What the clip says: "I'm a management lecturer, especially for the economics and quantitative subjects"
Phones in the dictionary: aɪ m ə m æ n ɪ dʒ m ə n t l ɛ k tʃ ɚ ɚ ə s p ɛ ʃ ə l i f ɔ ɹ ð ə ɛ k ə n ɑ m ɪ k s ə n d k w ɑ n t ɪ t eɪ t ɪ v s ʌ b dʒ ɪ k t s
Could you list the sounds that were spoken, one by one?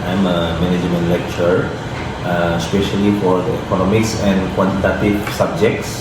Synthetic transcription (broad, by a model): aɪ m ə m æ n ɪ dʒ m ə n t l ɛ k tʃ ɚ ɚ ə s p ɛ ʃ ə l i f ɔ ɹ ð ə ɛ k ə n ɑ m ɪ k s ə n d k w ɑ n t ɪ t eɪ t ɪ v s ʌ b dʒ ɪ k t s